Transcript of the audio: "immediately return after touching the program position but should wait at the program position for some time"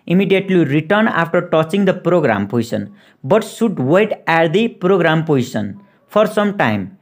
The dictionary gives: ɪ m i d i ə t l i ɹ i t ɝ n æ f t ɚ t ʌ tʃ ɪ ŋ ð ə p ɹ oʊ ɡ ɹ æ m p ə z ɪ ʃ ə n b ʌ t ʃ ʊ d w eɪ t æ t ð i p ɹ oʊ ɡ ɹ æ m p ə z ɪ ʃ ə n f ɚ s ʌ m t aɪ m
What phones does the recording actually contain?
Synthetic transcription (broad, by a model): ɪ m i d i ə t l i ɹ i t ɝ n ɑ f t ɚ t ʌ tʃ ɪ ŋ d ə p ɹ oʊ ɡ ɹ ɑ m p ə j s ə n b ʌ t s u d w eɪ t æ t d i p ɹ oʊ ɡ ɹ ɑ m p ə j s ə n p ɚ s ʌ m t aɪ m